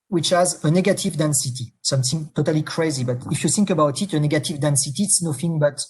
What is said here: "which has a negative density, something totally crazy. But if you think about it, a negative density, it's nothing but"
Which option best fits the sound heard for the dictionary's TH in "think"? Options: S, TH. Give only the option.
TH